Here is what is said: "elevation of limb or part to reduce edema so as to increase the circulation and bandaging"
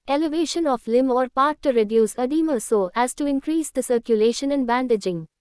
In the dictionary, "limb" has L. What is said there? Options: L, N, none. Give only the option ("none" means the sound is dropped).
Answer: L